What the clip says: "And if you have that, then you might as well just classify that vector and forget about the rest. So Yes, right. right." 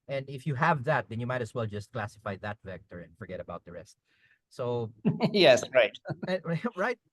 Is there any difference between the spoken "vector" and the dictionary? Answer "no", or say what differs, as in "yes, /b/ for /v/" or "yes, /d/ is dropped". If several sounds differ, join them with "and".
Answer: no